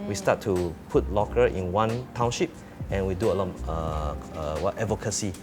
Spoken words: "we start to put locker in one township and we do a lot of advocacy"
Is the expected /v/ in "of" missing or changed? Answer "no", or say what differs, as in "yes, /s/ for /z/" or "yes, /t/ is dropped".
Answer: yes, /w/ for /v/